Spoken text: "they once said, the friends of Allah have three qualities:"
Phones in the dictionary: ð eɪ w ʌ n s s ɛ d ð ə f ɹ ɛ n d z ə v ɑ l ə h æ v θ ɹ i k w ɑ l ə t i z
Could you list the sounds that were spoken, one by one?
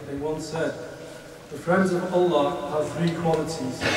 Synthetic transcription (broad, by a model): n w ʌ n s s ɛ d ð ə f ɹ ɛ n d z ə v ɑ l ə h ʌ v θ ɹ i k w ɑ l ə t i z